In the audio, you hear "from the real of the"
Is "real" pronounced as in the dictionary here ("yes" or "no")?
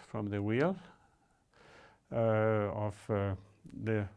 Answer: no